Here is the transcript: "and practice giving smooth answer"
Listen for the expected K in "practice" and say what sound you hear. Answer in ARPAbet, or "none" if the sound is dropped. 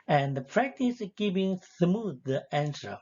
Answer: K